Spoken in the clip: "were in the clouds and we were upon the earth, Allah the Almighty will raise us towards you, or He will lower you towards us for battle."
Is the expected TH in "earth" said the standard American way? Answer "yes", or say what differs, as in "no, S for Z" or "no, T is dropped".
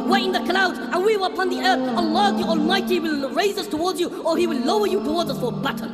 yes